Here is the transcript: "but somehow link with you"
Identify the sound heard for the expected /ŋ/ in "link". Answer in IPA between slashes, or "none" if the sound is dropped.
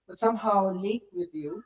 none